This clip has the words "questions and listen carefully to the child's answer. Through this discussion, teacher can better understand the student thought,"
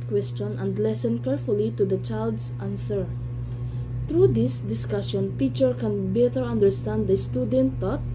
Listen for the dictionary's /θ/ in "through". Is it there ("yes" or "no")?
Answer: no